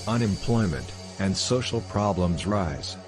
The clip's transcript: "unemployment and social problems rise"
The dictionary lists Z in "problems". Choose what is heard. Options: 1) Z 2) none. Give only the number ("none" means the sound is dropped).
1